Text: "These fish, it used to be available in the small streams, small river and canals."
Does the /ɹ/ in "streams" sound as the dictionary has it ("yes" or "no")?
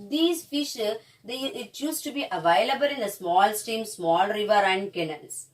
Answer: no